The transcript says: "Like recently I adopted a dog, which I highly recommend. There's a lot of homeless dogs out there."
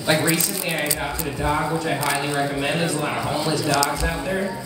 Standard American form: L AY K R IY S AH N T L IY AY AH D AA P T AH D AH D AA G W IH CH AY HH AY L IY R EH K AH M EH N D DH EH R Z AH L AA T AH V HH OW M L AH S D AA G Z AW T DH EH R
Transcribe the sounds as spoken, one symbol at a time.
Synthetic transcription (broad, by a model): L AY K R IY S AH N T L IY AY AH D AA T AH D AH D AA G W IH CH AY HH AY L IY R EH K AH M EH N D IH Z AH L AA T AH V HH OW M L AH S D AA G Z AW T DH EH R